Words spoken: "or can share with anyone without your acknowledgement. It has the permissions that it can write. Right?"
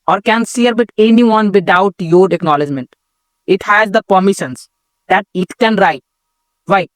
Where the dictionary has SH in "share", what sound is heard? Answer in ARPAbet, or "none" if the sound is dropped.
S